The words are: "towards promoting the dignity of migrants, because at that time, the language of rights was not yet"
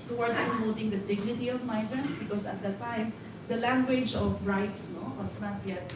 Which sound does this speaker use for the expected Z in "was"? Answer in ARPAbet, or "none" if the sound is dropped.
S